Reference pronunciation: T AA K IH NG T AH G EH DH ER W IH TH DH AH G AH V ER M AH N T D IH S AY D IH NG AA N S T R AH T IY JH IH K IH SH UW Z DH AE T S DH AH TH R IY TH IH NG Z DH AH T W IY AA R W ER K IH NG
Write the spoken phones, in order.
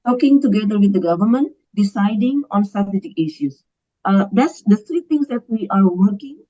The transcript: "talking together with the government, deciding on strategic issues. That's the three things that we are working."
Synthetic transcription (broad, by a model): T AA K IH NG T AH G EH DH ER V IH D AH G AH V ER M AH N T D IH S AY D IH NG AA N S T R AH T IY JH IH K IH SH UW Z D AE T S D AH T R IY T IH NG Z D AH T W IY AA R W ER K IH NG